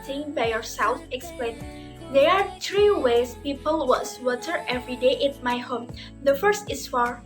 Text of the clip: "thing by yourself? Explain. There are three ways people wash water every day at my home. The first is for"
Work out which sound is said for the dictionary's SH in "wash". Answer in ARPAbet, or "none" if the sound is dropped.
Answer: S